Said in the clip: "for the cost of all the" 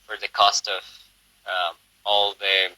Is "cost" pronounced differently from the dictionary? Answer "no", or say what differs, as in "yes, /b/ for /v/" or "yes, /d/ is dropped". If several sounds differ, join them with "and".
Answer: no